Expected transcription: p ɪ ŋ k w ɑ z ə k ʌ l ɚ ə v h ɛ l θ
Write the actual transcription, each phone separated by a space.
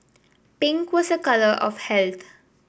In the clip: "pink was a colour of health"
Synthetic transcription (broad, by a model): p ɪ ŋ k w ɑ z ə k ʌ l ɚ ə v h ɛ l t